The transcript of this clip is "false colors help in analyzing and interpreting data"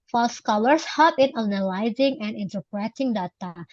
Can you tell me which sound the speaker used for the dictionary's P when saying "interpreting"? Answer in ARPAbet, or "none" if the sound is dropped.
P